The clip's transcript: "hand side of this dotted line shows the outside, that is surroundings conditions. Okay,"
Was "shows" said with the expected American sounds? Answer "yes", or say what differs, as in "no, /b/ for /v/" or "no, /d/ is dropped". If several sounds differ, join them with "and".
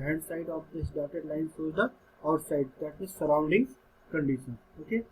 no, /s/ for /ʃ/